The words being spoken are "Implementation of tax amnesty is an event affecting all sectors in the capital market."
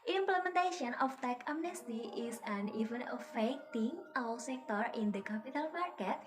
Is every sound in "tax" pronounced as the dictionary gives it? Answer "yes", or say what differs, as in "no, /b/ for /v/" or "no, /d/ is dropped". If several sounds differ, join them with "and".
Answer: no, /s/ is dropped